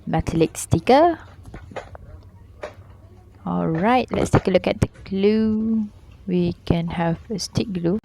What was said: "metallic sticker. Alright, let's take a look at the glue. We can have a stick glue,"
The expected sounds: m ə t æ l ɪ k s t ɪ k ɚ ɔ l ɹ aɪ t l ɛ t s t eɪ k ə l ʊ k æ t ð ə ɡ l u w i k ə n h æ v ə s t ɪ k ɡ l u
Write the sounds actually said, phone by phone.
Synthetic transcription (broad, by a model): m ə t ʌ l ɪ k s t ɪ k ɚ ɔ l ɹ aɪ t l ɛ t s t eɪ k ə l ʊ k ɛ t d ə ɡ l u w i k ə n h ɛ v ə s t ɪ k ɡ l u